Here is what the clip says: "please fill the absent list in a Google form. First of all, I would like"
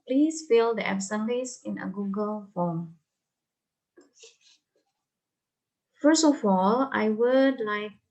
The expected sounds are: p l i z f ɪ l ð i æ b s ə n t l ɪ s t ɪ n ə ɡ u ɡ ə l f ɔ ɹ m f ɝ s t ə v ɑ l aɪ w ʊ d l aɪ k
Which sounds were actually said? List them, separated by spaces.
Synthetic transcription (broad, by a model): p l i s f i l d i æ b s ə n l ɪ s ɪ n ə ɡ u ɡ ə l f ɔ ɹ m f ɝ s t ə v ɑ l aɪ w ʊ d l aɪ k